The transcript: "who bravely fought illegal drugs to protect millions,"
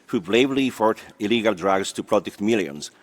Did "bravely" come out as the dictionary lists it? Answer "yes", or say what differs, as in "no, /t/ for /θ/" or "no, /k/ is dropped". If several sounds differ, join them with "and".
no, /l/ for /ɹ/ and /b/ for /v/